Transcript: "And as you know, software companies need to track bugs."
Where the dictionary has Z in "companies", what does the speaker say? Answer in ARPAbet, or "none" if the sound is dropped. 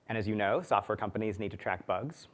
Z